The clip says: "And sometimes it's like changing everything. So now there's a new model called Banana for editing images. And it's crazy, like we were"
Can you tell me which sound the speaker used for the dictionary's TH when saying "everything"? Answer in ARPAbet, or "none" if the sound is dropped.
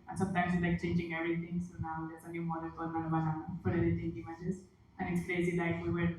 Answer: T